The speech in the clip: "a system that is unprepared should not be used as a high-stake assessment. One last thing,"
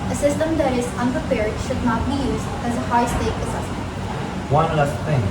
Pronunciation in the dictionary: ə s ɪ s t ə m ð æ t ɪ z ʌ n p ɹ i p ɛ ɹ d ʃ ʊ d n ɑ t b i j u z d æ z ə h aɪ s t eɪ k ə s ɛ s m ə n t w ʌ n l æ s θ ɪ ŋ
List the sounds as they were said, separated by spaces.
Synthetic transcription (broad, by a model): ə s ɪ s t ə m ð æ t ɪ z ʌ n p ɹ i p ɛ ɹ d ʃ ʊ d n ɑ t b i j u z d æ z ə h aɪ s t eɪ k ə s ɛ s m ə n t w ʌ n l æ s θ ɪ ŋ